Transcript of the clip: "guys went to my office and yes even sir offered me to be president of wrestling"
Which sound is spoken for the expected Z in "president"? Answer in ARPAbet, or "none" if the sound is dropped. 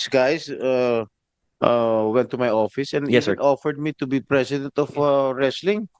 S